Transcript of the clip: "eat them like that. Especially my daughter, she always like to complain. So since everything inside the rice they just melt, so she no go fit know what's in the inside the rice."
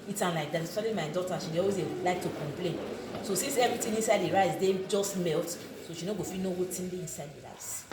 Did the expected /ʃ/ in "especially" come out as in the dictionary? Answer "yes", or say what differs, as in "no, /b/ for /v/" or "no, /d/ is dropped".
no, /ʃ/ is dropped